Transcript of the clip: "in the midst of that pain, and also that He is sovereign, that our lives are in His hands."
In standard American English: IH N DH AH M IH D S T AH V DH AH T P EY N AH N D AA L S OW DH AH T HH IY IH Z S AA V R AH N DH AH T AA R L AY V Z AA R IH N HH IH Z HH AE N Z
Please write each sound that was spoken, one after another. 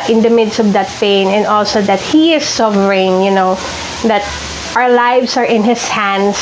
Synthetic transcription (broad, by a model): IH N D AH M IH D S T AH V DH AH T P EY N AH N D AA L S OW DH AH T HH IY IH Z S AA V R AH N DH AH T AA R L AY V S AA R IH N HH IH S HH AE N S